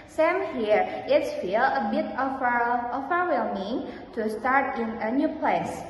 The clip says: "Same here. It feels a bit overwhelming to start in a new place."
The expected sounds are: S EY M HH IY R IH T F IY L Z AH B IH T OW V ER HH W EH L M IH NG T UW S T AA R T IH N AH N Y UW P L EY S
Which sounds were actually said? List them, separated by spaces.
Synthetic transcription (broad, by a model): S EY M HH IY R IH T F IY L AH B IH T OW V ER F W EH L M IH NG T UW S T AA R T IH N AH N Y UW P L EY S